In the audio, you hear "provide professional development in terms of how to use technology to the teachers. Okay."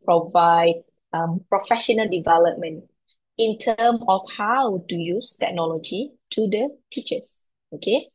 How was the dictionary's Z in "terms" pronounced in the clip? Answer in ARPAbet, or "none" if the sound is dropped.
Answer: none